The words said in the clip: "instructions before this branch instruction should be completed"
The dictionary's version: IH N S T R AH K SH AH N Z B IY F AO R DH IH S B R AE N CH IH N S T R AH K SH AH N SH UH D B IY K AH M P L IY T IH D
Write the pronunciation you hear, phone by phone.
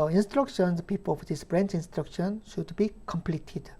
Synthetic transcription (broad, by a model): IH N S T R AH K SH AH N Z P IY P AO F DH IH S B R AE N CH IH N S T R AH K SH AH N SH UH D B IY K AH M P L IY T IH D